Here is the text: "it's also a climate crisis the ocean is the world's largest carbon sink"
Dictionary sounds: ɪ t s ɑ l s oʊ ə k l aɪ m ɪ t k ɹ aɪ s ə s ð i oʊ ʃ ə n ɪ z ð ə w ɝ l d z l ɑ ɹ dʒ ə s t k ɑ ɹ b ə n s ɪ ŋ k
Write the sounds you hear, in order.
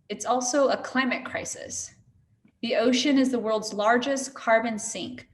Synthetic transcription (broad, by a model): ɪ t s ɑ l s oʊ ə k l aɪ m ɪ t k ɹ aɪ s ə s ð i oʊ ʃ ə n ɪ z ð ə w ɝ l d z l ɑ ɹ dʒ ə s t k ɑ ɹ b ə n s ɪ ŋ k